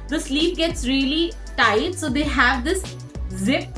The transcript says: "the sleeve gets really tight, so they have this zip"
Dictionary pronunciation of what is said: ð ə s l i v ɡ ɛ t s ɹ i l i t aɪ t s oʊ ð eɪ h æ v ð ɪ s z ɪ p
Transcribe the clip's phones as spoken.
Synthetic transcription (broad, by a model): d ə s l i p ɡ ɛ t s ɹ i l i t aɪ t s oʊ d eɪ h æ v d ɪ s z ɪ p